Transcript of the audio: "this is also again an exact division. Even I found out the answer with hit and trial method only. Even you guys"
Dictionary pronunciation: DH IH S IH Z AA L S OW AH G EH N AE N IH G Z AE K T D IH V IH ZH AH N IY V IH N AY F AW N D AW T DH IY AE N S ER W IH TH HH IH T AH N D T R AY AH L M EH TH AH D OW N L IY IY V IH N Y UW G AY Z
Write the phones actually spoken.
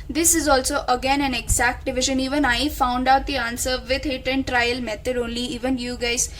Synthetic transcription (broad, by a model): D IH S IH Z AA L S OW AH G EH N AE N IH G Z AE K T D IH V IH ZH AH N IY V IH N AY F AW N D AW T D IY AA N S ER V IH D HH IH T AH N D T R AY AH L M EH T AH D OW N L IY IY V IH N Y UW G AY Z